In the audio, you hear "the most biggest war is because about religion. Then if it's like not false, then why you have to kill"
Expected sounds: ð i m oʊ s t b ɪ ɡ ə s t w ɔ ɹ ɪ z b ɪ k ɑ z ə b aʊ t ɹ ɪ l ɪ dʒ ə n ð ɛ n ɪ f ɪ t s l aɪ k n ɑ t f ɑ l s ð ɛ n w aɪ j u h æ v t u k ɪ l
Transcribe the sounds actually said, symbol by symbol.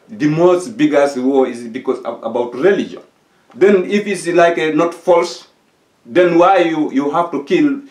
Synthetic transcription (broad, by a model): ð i m oʊ s t b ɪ ɡ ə s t w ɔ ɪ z b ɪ k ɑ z ə b aʊ t ɹ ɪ l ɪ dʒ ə n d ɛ n ɪ f ɪ t s l aɪ k n ɑ t f ɑ l s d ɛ n w aɪ j u h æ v t u k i l